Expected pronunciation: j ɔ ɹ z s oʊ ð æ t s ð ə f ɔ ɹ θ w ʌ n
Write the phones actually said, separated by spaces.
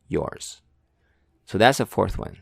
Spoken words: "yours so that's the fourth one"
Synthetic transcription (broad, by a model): j ɔ ɹ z s oʊ ð æ t s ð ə f ɔ ɹ θ w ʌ n